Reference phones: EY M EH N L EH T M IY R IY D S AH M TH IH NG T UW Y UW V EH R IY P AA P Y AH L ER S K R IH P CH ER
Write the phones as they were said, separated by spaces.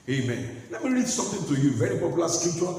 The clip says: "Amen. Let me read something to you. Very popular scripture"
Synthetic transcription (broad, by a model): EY M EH N L EH T M IY R IY D S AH M T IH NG T UW Y UW V EH R IY P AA P Y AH L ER S K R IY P CH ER